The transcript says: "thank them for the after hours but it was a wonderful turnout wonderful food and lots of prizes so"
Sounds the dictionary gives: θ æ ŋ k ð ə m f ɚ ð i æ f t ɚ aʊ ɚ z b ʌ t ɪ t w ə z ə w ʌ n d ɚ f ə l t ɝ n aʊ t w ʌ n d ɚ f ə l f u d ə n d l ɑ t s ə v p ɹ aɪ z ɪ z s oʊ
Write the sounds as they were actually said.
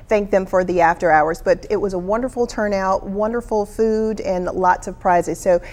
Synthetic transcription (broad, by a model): θ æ ŋ k ð ə m f ɚ ð i æ f t ɚ aʊ ɚ z b ʌ t ɪ t w ə z ə w ʌ n d ɚ f l t ɝ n aʊ t w ʌ n d ɚ f l f u d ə n l ɑ t s ə v p ɹ aɪ z ɪ z s oʊ